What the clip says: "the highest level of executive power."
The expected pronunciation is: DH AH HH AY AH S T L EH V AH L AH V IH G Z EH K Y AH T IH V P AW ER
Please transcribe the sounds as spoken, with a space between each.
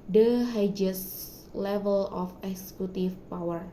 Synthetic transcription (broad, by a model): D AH HH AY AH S L EH V AH L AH F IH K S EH K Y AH T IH F P AW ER